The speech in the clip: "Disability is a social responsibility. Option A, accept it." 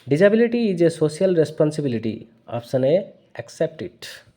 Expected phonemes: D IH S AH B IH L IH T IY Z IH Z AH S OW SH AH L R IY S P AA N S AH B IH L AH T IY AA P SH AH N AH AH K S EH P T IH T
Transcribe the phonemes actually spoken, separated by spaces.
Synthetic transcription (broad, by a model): D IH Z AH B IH L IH T IY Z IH S AH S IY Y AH L R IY S P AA N S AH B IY L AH T IY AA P S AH N AH AH K S EH P T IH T